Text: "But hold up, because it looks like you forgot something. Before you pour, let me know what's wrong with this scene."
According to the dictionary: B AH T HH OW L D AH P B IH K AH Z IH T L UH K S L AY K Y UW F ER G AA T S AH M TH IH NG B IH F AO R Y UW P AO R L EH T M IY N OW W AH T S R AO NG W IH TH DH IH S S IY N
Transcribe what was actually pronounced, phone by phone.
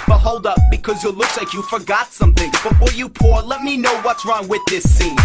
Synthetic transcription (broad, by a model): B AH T HH OW L D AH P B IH K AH Z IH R L UH K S L AY K Y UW F ER G AA T S AH M TH IH NG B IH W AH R Y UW P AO R L EH T M IY N OW W AH T S R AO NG W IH DH IH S S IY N